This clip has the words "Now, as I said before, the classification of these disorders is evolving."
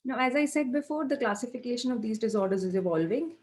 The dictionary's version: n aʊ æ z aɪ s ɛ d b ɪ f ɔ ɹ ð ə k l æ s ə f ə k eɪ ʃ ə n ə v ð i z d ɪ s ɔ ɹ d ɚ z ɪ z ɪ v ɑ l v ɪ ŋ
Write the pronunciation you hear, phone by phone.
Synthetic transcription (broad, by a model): n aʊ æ z aɪ s ɛ d b ɪ f ɔ ɹ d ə k l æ s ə f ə k eɪ ʃ ə n ə v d i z d ɪ s ɔ ɹ d ɚ z ɪ z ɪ v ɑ l v ɪ ŋ